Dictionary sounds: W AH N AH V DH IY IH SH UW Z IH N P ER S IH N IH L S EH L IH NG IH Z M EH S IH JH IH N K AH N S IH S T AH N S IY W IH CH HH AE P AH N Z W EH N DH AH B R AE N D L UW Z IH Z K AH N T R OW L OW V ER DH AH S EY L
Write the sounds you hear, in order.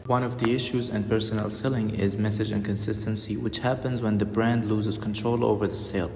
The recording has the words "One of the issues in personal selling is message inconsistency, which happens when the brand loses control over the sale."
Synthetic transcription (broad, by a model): W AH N AH V DH IY IH SH UW Z IH N P ER S IH N IH L S EH L IH NG IH Z M EH S IH JH IH N K AH N S IH S T AH N S IY W IH CH HH AE P AH N Z W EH N DH AH B R AE N D L UW Z IH Z K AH N T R OW L OW V ER DH AH S EY L